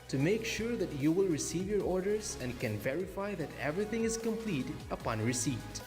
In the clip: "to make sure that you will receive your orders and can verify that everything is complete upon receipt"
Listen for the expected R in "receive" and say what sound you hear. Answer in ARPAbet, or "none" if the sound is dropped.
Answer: R